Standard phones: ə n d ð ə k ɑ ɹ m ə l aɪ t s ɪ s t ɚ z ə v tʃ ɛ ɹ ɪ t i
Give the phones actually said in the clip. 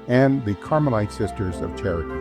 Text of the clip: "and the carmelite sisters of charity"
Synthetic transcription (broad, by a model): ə n ð ə k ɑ ɹ m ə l aɪ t s ɪ s t ɚ z ə v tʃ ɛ ɹ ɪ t